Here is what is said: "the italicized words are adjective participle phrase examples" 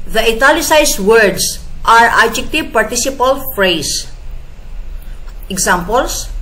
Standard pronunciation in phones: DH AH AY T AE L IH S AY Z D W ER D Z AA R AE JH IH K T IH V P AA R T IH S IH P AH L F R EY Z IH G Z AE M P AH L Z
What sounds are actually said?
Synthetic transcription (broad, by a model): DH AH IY T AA L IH S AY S W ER D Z AA R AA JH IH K T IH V P AA R T IH S IH P AH L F R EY S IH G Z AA M P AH L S